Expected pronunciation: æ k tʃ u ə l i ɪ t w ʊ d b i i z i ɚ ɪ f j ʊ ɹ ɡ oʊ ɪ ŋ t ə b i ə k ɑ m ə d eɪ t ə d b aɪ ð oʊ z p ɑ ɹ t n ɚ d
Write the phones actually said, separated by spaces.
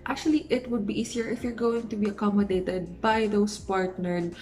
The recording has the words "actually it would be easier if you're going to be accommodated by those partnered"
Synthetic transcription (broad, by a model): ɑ k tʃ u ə l i ɪ t w ʊ d b i i s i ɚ ɪ f j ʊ ɹ ɡ oʊ ɪ ŋ t ə b i ə k ɑ m ə d eɪ t ə d b aɪ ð oʊ s p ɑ ɹ t n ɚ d